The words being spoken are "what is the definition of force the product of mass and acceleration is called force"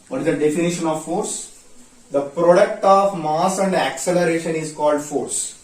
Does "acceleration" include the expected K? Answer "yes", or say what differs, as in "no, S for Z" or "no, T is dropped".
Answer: yes